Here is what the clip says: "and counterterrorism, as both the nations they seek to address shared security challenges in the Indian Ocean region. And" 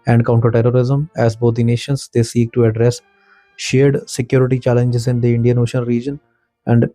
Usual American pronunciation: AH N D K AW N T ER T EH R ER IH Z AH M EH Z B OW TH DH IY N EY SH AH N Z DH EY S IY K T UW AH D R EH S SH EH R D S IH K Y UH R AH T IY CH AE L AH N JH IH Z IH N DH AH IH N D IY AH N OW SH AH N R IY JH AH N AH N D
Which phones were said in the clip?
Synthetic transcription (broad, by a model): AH N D K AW N T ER T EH R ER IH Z AH M EH Z B OW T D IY N EY SH AH N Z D EY S IY K T UW AH D R EH S SH EH R D S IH K Y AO R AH T IY CH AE L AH N JH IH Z IH N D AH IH N D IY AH N OW SH AH N R IY JH AH N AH N D